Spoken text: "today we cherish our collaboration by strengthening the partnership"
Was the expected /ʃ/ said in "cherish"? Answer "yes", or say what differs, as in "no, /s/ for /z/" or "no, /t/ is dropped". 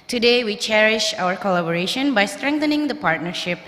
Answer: yes